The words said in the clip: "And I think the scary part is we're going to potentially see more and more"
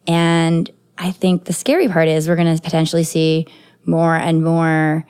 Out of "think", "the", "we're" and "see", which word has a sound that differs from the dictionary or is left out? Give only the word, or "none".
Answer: none